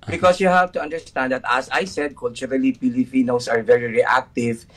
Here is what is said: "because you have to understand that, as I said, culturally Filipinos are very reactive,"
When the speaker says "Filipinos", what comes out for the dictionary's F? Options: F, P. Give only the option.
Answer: P